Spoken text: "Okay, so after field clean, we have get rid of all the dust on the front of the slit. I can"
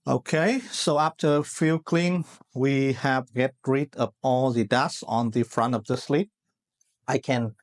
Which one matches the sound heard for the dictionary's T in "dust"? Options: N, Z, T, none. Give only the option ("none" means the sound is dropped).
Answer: none